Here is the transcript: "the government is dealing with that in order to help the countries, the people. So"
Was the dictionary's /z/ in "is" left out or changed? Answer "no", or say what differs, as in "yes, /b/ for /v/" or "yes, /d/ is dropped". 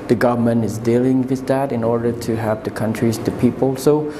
no